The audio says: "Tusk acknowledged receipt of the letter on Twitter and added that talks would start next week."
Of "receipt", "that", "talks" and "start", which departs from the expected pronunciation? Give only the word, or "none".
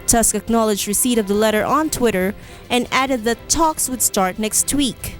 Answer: none